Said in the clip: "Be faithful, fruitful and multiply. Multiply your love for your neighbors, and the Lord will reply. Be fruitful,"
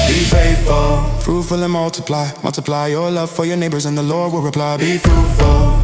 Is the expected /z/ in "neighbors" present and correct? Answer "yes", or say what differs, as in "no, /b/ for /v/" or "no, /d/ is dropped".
yes